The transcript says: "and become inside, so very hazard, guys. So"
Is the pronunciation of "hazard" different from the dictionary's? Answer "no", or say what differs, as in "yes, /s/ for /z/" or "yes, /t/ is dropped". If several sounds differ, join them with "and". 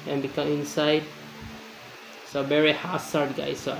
yes, /s/ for /z/